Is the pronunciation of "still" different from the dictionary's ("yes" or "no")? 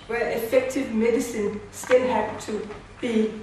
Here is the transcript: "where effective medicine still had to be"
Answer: yes